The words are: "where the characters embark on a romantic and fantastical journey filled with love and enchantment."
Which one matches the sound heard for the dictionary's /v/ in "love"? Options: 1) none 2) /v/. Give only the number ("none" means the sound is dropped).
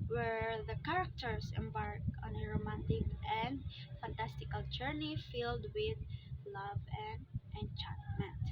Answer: 2